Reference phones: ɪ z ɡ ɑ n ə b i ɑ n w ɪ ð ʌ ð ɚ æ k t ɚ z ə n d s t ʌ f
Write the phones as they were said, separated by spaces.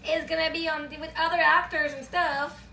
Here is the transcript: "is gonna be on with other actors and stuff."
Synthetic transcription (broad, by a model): ɪ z ɡ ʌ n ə b i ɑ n w ɪ ð ʌ ð ɚ æ k t ɚ z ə n s t ʌ f